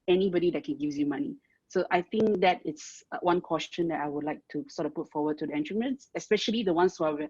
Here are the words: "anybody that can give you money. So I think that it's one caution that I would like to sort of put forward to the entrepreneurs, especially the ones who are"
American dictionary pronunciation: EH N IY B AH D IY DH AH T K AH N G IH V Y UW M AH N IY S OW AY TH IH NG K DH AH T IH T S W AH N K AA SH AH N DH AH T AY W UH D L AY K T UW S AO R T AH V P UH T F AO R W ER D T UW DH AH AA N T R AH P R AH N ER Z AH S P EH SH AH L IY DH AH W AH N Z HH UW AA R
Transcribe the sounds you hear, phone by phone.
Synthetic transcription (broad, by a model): EH N IY B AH D IY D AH T K AH N G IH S Y UW M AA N IY S OW AY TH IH NG K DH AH T IH T S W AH N K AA S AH N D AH T AY W UH D L AY K T UW S AO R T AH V P UH T F AO W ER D T UW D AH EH N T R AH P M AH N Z AH S P EH SH AH L IY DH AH W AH N S HH UW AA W